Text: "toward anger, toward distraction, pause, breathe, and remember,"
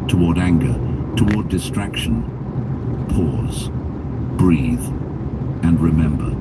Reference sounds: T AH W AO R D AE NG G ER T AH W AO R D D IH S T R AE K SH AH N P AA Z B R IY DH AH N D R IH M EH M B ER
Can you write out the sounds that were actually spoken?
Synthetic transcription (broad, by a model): T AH W AO R D AE NG G ER T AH W AO R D D IH S T R AE K SH AH N P AA Z B R IY DH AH N R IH M EH M B ER